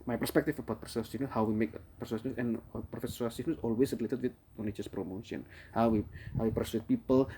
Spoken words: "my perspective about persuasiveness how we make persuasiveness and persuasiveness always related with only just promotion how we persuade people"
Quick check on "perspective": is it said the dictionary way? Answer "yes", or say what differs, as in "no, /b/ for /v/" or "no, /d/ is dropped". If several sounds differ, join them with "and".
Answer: no, /f/ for /v/